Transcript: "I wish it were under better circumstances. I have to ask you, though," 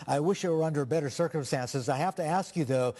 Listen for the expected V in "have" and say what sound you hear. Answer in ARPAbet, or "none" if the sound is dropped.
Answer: F